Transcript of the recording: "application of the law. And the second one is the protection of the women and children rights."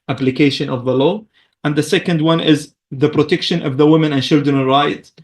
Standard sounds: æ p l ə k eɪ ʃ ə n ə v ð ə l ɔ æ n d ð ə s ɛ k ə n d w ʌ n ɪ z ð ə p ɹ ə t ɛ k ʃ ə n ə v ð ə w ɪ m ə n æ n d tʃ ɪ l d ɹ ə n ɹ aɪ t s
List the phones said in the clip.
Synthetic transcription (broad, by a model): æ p l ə k eɪ ʃ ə n ə v ð ə l ɔ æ n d ð ə s ɛ k ə n d w ʌ n ɪ z ð ə p ɹ ə t ɛ k ʃ ə n ə v ð ə w ɪ m ə n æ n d tʃ ɪ l d ɹ ə n ɹ aɪ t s